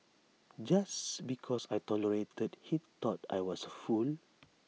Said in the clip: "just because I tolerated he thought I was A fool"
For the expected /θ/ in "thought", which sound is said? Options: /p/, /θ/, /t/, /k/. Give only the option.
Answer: /t/